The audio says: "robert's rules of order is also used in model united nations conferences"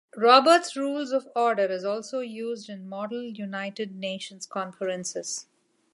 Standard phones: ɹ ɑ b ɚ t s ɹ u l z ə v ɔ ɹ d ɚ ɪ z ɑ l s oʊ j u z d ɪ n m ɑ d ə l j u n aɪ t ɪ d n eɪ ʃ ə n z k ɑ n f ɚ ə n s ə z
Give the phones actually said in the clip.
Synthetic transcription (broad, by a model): ɹ ɑ b ɚ t s ɹ u l z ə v ɔ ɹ d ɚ ɪ z ɑ l s oʊ j u z d ɪ n m ɑ d ə l j u n aɪ t ɪ d n eɪ ʃ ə n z k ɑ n f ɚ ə n s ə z